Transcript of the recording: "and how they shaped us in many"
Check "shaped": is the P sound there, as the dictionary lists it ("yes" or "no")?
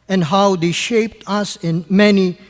yes